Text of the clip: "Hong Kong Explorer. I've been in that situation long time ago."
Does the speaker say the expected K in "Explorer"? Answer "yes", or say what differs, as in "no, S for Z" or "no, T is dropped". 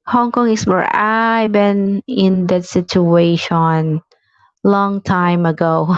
no, K is dropped